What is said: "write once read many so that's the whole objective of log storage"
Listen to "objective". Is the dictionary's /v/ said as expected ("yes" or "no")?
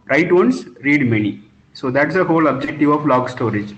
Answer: yes